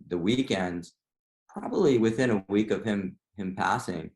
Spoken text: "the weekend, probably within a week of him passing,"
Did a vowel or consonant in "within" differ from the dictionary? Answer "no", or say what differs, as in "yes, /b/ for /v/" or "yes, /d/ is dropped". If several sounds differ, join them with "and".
no